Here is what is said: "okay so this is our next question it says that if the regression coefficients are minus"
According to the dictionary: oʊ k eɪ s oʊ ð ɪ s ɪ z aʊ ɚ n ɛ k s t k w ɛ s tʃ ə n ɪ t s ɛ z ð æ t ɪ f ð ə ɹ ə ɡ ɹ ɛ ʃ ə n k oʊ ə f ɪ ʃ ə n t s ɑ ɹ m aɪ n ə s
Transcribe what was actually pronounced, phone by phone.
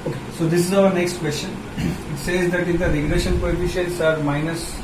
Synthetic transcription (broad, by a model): oʊ k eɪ s oʊ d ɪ s ɪ z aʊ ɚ n ɛ k s t k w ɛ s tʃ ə n ɪ t s ɛ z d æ t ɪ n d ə ɹ ə ɡ ɹ ɛ ʃ ə n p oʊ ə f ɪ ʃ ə t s ɑ ɹ m aɪ n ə s